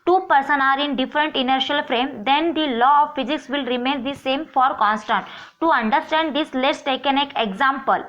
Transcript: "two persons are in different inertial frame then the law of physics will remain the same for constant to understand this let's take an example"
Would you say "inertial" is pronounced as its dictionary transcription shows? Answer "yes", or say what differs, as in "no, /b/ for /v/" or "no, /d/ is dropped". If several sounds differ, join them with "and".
yes